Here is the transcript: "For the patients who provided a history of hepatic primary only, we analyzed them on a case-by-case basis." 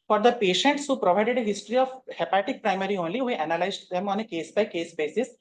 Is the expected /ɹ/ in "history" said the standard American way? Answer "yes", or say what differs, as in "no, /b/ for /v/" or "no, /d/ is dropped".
yes